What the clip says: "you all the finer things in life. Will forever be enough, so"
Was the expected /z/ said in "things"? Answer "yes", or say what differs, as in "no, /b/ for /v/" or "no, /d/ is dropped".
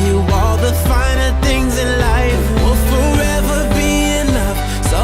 yes